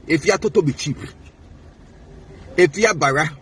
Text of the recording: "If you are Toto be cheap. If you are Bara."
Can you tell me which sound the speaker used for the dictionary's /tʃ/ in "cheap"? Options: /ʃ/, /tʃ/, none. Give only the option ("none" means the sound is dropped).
/tʃ/